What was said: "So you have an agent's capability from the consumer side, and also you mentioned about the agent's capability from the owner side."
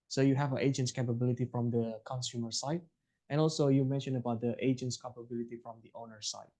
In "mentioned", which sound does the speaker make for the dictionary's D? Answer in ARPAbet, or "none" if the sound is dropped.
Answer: none